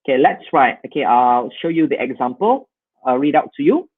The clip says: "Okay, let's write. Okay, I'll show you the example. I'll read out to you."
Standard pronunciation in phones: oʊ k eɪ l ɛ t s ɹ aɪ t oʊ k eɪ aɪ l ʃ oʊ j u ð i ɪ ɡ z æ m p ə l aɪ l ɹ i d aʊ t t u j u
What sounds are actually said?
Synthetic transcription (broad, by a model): k eɪ l ɛ t s ɹ aɪ t oʊ k eɪ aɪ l ʃ oʊ j u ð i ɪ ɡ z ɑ m p ə l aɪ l ɹ i d aʊ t t u j u